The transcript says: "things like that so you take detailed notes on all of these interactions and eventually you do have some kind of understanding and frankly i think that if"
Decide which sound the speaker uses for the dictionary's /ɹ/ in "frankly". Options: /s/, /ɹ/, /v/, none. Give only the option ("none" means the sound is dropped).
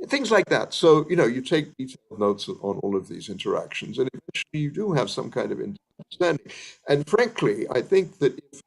/ɹ/